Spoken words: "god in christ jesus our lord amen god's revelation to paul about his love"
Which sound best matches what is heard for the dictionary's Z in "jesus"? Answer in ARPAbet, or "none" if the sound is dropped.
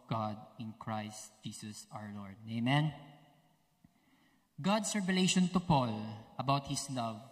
S